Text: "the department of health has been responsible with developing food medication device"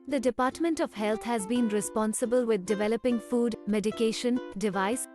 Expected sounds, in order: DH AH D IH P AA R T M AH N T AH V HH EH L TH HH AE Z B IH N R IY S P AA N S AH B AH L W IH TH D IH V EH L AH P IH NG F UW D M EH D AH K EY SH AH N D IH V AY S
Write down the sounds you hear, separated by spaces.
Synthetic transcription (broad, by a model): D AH D IH P AA R T M AH N T AH V HH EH L T HH AE Z B IH N R IY S P AA N S AH B AH L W IH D D IH V EH L AH P IH NG F UW D M EH D AH K EY SH AH N D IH V AY S